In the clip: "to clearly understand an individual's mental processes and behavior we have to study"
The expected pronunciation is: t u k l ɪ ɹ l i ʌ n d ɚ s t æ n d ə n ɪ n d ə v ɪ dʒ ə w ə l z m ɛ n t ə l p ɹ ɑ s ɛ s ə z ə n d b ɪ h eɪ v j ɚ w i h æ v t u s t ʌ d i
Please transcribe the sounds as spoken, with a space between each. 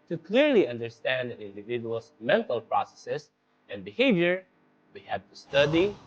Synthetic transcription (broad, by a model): t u k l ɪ ɹ l i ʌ n d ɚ s t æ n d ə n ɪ n d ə v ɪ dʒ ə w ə l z m ɛ n t ə l p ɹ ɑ s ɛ s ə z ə n b ɪ h eɪ v j ɚ w i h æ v t u s t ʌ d i